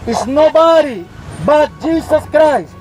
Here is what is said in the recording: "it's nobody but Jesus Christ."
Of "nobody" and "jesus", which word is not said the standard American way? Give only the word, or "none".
jesus